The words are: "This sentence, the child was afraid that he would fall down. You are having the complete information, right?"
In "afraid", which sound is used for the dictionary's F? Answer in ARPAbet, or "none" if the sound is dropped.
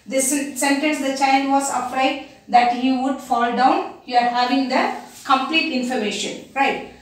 P